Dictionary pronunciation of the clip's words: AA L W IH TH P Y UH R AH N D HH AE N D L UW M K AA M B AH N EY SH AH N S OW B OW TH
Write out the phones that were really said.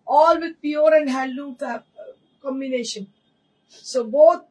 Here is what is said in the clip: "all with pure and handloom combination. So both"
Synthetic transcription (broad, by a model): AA L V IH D P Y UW R AH N D HH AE L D UW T K AA M B AH N EY SH AH N S OW B OW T